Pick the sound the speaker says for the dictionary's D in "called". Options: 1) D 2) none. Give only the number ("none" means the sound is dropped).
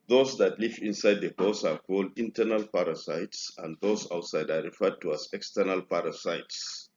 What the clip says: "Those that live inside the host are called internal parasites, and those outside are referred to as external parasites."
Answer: 1